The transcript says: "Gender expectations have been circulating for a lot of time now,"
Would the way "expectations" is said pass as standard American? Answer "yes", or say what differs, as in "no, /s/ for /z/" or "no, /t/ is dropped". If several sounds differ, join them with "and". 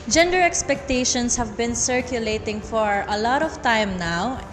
no, /s/ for /z/